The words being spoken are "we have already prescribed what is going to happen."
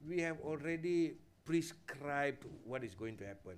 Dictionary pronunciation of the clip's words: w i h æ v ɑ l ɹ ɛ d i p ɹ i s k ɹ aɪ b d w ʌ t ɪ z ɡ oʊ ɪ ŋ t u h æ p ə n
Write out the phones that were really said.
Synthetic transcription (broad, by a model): w i h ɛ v ɑ l ɹ ɛ d i p ɹ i s k ɹ aɪ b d w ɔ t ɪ s ɡ oʊ ɪ ŋ t u h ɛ p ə n